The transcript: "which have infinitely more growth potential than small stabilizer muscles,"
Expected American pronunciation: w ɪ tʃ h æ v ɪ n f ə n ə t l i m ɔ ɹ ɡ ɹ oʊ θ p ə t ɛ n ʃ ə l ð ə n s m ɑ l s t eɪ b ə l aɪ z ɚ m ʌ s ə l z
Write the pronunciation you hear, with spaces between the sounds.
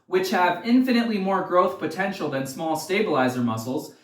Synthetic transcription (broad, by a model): w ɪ tʃ h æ v ɪ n f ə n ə t l i m ɔ ɹ ɡ ɹ oʊ θ p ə t ɛ n ʃ l ð ə n s m ɑ l s t eɪ b ə l aɪ z ɚ m ʌ s l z